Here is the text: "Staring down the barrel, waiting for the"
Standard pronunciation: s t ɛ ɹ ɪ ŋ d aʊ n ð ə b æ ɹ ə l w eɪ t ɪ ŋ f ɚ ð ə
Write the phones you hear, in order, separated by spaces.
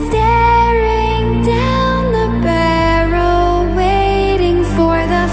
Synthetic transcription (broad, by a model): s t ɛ ɹ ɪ ŋ d aʊ n ð ə b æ ɹ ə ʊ w eɪ t ɪ ŋ f ɚ ð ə